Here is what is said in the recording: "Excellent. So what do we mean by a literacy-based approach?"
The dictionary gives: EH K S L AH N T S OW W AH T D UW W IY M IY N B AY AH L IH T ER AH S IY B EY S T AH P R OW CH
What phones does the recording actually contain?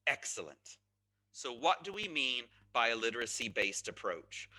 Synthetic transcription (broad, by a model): EH K S L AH N T S OW W AH T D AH W IY M IY N B AY AH L IH T ER AH S IY B EY S T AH P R OW CH